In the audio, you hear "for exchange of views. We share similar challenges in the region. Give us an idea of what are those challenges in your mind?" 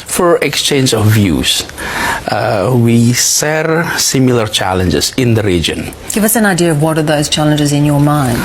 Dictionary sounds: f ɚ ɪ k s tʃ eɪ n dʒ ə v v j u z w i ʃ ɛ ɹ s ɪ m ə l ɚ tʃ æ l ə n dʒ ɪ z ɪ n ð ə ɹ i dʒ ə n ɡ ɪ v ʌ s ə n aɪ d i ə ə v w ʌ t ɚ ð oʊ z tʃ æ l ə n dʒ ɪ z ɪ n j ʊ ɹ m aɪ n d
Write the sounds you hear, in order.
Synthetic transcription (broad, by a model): f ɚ ɪ k s tʃ eɪ n dʒ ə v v j u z w i s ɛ ɹ s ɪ m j l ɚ tʃ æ l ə n dʒ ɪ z ɪ n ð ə ɹ i dʒ ə n ɡ ɪ v ʌ s ə n aɪ d i ə ə v w ʌ t ɚ ð oʊ z tʃ æ l ə n dʒ ɪ z ɪ n j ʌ ɹ m aɪ n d